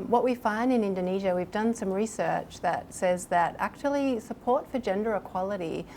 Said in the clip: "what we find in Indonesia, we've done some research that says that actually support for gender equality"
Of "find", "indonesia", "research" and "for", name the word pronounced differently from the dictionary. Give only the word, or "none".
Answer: none